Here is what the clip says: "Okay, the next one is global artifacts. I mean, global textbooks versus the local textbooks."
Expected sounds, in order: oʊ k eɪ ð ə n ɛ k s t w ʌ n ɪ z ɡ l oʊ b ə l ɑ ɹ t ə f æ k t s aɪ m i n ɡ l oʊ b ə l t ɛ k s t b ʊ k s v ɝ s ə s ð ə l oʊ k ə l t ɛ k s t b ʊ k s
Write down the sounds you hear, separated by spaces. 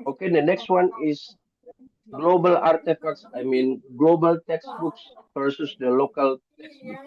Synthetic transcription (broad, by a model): oʊ k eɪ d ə n ɛ k s t w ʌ n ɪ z ɡ l oʊ b ə l ɑ ɹ t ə f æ k t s aɪ m i n ɡ l oʊ b ə l t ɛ k s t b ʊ k s p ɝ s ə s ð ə l oʊ k ə l t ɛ k s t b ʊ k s